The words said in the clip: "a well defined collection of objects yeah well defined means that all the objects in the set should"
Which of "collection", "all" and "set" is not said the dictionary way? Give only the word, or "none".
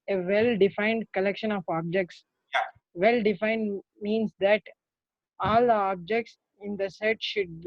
none